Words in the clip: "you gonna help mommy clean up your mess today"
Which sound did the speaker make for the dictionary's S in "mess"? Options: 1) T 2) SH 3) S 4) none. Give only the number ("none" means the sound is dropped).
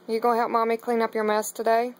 3